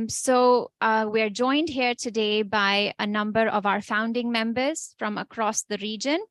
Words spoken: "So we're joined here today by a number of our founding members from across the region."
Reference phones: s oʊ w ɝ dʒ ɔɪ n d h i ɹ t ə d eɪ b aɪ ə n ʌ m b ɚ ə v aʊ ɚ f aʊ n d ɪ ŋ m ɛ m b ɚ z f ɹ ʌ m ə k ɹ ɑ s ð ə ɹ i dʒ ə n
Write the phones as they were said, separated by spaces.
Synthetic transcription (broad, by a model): s oʊ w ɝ dʒ ɔɪ n d h i ɹ t ə d eɪ b aɪ ə n ʌ m b ɚ ə v aʊ ɚ f aʊ n d ɪ ŋ m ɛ m b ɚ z f ɹ ʌ m ə k ɹ ɑ s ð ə ɹ i dʒ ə n